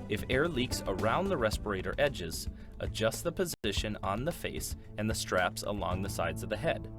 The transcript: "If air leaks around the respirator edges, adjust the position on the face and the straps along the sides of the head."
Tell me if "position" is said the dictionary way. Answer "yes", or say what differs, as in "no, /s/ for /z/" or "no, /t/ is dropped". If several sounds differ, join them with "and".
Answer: yes